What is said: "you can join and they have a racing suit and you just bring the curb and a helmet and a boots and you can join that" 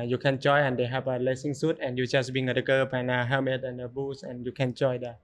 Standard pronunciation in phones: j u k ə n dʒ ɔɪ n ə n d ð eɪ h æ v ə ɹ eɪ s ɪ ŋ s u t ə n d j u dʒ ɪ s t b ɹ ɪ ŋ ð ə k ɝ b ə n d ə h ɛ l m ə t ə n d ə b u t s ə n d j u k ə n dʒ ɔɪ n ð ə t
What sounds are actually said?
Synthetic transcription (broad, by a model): j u k ə n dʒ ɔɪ ə n d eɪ h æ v ə l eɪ s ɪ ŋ s u t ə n j u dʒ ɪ s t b i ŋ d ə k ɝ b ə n ə h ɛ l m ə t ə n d ə b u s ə n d j u k ə n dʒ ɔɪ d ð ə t